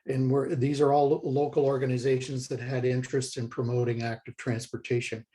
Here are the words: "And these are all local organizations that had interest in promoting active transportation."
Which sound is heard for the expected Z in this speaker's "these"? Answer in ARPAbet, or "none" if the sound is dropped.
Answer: Z